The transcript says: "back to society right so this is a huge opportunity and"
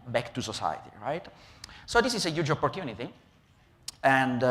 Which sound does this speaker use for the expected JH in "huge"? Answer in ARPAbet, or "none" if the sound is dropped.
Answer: JH